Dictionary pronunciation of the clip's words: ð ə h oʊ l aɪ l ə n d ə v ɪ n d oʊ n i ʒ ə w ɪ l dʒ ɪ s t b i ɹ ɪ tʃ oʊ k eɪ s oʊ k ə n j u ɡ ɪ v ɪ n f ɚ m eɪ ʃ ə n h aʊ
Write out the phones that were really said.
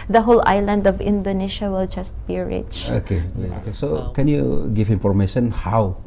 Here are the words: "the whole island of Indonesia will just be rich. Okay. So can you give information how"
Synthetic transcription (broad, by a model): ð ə h oʊ l aɪ l ə n d ə v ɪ n d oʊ n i ʃ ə w ɪ l dʒ ɪ s t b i ɹ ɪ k oʊ k eɪ s oʊ k ə n j u ɡ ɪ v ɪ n f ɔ m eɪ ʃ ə n h aʊ